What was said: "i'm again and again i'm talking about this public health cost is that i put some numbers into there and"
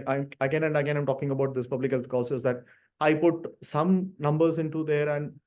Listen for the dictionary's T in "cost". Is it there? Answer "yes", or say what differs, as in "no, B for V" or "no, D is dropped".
no, T is dropped